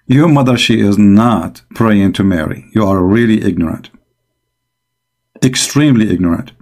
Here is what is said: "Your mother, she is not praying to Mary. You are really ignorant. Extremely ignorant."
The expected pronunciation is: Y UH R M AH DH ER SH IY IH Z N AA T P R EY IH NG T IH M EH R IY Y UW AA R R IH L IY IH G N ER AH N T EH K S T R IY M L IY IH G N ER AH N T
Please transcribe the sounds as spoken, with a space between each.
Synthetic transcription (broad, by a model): Y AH R M AH DH ER SH IY IH Z N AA T P R EY IH NG T IH M EH R IY Y UW AA R R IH L IY IH G N ER AH N T EH K S T R IY M L IY IH G N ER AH N T